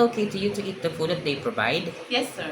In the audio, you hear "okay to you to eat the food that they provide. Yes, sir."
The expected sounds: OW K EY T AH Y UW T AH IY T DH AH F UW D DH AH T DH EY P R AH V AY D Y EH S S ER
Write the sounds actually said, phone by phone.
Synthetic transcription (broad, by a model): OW K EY T AH Y UW T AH IY T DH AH F UW D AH T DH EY P R AH V AY D Y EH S S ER